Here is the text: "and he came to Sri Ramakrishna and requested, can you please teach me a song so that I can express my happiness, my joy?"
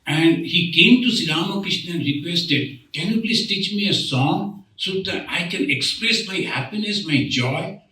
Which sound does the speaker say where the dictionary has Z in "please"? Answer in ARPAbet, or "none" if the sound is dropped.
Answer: S